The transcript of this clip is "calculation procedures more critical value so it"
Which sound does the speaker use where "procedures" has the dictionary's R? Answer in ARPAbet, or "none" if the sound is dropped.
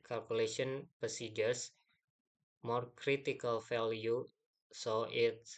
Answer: none